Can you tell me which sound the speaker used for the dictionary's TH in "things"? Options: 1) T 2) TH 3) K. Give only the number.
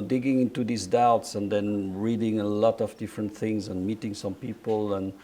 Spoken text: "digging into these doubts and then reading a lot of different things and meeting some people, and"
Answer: 2